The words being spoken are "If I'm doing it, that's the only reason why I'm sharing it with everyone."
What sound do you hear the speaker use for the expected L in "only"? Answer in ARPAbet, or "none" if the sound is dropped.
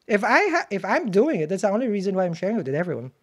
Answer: L